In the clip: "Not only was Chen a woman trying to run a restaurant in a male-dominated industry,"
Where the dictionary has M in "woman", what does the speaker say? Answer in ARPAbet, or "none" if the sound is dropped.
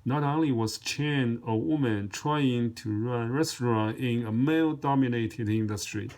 M